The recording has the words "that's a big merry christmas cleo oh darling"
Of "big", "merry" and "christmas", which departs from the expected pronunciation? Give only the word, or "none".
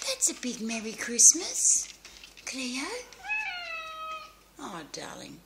none